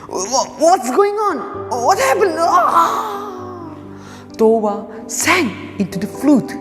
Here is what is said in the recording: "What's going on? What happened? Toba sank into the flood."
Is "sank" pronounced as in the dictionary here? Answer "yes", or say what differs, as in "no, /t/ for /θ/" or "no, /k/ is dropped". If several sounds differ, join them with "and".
no, /k/ is dropped